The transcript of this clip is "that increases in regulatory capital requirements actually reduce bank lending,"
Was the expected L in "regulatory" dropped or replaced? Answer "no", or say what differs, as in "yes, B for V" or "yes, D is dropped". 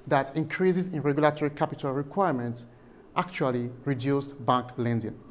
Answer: no